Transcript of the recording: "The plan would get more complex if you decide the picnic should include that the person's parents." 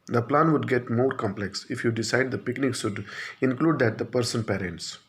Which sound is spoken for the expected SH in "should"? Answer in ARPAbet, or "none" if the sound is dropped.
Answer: S